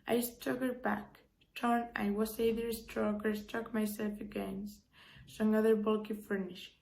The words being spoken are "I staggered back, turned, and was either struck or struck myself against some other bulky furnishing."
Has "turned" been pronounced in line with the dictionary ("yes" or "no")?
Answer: no